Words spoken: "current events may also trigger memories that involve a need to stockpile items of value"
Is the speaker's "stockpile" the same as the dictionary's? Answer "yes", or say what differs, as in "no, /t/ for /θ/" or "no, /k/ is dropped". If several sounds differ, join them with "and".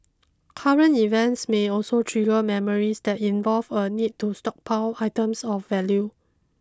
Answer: no, /w/ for /l/